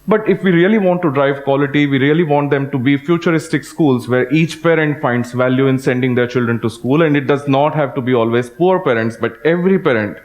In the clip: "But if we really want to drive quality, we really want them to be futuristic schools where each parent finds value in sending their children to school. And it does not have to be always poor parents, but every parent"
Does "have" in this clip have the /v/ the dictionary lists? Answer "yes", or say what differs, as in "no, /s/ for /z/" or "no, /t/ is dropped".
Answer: yes